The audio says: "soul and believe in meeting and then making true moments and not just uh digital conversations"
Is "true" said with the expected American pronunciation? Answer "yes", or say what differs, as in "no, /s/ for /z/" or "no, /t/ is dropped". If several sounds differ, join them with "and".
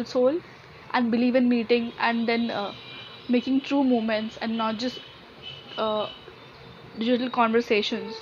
yes